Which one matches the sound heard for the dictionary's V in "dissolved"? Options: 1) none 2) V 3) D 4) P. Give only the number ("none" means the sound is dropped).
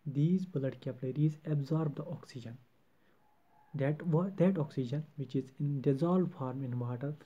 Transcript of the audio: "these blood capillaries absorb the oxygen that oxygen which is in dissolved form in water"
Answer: 1